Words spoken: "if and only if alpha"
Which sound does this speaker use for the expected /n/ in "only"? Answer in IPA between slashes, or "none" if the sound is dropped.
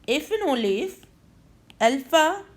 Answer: none